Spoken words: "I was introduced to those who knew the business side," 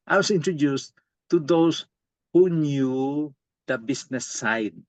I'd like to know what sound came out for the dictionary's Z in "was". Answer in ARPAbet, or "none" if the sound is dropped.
S